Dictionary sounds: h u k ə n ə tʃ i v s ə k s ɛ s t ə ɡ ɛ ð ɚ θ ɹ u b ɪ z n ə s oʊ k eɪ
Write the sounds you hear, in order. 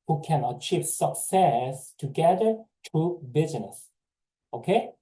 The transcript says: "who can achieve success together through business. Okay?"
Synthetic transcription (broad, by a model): h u k ə n ə tʃ i v s ə k s ɛ s t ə ɡ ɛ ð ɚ t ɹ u b ɪ z n ə s oʊ k eɪ